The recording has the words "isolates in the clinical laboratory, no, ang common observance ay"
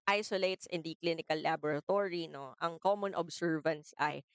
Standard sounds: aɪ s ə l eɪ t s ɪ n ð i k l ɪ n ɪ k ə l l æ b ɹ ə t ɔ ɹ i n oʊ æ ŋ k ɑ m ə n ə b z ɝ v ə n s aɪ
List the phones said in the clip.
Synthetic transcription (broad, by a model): aɪ s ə l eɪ t s ɪ n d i k l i n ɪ k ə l l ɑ b ɹ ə t ɔ ɹ i n oʊ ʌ ŋ k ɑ m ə n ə b s ɝ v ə n s aɪ